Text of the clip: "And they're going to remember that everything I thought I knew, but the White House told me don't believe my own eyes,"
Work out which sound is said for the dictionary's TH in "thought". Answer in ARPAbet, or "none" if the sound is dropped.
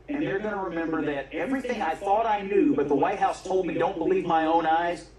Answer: TH